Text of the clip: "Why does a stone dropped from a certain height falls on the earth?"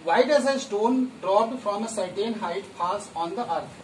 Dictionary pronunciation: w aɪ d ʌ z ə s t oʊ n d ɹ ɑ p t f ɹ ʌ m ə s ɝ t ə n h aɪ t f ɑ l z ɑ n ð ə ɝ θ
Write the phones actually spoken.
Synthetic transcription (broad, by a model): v aɪ d ʌ z ə s t oʊ n d ɹ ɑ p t f ɹ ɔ m ə s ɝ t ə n h aɪ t p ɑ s ɑ n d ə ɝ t